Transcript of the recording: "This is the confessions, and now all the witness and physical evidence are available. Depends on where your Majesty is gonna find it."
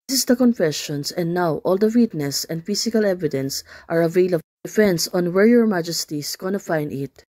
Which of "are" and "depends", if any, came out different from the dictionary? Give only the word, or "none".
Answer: depends